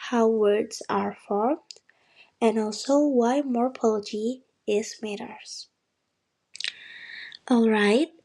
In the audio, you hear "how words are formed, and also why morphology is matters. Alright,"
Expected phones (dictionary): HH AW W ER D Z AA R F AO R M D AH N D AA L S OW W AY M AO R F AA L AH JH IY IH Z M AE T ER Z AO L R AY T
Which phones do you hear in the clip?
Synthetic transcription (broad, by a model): HH AW W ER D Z AA R F AO R M D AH N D AA L S OW W AY M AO R P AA L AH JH IY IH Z M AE T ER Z AO L R AY T